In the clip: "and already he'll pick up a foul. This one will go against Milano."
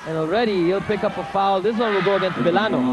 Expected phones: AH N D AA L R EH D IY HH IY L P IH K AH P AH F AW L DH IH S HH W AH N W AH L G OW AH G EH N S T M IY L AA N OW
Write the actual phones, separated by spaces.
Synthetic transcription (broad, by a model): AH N AA L R EH D IY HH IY L P IH K AH P AH F AW L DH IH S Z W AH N W AH L G OW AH G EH N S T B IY L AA N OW